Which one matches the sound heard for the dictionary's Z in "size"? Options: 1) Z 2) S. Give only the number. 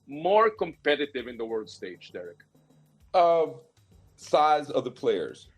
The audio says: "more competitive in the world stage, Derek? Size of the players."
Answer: 1